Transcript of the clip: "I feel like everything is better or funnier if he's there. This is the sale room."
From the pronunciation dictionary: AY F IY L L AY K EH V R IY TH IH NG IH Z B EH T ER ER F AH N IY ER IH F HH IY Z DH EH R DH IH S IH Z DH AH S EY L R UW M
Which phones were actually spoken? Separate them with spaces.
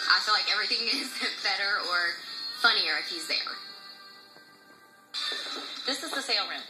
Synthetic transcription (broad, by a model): AY F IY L L AY K EH V R IY TH IH NG IH Z B EH T ER ER F AH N IY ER IH F HH IY Z DH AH R DH IH S IH Z DH AH S EY L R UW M